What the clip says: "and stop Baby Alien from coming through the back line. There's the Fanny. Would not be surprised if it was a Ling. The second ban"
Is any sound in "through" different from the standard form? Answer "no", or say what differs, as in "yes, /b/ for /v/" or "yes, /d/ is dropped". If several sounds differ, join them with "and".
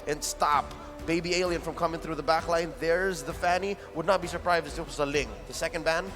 no